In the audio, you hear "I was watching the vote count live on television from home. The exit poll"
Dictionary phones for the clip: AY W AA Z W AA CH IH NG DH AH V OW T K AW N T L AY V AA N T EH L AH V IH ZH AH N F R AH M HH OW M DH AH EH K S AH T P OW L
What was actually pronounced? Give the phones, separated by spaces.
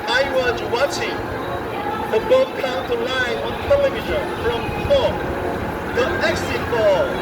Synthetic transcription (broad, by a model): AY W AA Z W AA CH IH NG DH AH B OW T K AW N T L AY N AA N T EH L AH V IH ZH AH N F R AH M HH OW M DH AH EH K S AH T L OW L